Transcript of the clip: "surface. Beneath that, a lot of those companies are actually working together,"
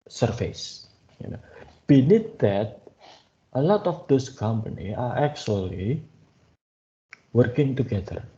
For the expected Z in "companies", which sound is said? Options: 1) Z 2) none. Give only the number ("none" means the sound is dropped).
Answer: 2